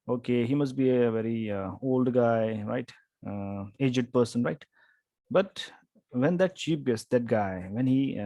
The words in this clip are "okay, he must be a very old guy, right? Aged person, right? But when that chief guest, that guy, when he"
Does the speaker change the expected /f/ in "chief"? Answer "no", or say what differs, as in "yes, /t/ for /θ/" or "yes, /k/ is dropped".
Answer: yes, /p/ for /f/